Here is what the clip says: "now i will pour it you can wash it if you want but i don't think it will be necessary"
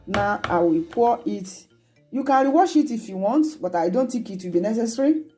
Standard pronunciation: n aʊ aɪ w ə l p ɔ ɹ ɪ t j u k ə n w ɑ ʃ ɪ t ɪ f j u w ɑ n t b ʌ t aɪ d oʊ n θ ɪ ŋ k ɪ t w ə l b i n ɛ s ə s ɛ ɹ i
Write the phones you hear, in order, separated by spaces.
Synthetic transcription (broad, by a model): n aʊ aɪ w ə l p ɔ ɪ t j u k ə n w ɑ ʃ ɪ t ɪ f j u w ɑ n t b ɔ t aɪ d oʊ n t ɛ k ɪ t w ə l b i n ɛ s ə s ɹ i